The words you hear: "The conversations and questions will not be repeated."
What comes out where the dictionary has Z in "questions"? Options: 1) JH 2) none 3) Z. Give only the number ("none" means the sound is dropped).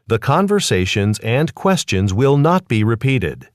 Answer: 3